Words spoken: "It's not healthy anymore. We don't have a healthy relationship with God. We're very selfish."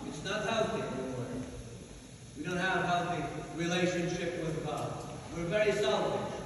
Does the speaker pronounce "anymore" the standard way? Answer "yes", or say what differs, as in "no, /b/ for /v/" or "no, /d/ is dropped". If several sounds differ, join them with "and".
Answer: no, /m/ is dropped